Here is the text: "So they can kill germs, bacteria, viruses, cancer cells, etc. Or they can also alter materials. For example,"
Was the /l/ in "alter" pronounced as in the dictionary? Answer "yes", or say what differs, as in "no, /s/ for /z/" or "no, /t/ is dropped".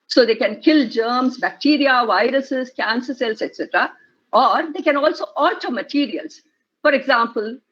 no, /l/ is dropped